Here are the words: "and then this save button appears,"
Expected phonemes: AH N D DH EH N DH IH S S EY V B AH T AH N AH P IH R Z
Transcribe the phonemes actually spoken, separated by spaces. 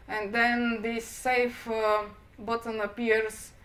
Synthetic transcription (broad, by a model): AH N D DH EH N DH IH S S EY F B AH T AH N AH P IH R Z